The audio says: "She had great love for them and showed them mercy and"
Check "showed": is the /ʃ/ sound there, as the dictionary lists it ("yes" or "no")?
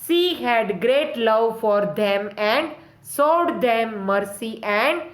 no